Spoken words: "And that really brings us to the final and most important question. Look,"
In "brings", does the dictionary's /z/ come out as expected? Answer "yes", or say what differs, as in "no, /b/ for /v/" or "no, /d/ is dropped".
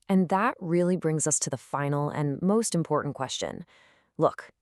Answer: yes